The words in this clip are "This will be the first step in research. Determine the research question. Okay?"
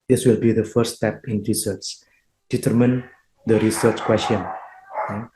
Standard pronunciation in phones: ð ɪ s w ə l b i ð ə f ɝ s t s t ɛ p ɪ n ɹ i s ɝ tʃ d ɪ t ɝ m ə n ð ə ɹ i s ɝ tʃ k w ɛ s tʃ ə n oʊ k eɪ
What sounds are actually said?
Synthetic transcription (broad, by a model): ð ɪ s w ə l b i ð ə f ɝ t s t ɛ p ɪ n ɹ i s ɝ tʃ d ɪ t ɝ m ə n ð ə ɹ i s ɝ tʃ k w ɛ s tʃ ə n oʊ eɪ